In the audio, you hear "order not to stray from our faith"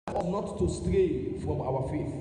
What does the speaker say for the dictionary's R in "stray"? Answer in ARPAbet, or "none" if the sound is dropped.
R